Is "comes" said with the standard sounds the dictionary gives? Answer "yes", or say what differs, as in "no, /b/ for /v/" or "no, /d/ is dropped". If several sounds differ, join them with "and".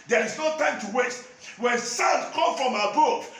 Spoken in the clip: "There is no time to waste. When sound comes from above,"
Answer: no, /z/ is dropped